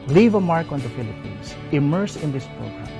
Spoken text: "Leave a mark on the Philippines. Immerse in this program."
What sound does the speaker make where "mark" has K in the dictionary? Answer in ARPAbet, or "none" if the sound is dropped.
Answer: K